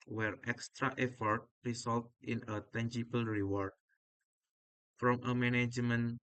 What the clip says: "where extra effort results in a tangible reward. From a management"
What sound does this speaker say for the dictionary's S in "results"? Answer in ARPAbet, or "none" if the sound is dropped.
none